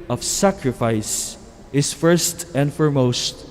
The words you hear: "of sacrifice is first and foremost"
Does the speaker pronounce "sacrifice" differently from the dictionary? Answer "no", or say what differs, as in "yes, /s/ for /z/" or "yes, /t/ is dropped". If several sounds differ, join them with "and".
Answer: no